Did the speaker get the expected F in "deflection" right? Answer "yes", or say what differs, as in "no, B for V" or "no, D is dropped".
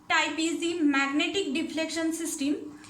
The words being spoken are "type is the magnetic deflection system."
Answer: no, P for F